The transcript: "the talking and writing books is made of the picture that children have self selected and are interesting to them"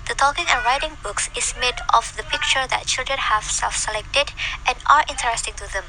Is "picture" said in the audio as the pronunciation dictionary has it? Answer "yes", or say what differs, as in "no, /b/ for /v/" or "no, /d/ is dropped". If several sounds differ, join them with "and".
yes